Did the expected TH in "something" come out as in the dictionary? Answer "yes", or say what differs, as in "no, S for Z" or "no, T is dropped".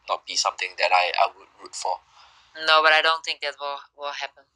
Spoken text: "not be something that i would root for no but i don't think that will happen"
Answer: no, T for TH